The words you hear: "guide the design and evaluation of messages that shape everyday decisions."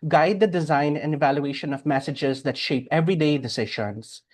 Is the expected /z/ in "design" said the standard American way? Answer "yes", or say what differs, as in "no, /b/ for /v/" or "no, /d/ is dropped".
yes